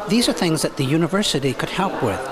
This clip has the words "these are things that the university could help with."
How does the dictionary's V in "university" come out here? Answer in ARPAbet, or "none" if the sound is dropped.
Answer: V